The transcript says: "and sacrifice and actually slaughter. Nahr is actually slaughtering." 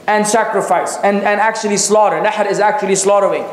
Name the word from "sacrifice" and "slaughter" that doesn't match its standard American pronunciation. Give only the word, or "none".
none